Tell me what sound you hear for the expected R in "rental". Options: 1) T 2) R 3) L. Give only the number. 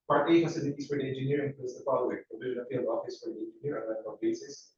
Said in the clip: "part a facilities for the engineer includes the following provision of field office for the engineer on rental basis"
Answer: 3